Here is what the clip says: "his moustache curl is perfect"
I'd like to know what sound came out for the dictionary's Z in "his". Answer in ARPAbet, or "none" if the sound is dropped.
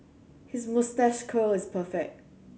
Z